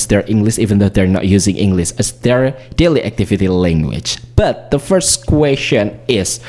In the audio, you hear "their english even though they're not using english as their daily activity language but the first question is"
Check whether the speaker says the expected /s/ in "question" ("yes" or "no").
no